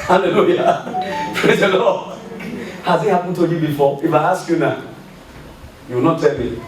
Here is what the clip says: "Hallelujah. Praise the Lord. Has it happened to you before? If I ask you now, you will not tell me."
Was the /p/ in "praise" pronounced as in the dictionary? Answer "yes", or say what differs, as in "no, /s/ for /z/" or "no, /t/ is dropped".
yes